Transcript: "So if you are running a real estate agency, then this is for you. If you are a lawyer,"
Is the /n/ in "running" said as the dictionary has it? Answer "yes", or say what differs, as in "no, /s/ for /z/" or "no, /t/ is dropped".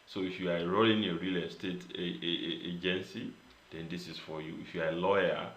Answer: no, /l/ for /n/